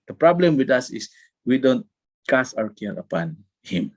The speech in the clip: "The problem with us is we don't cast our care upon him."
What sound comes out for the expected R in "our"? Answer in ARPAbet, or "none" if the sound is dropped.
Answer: W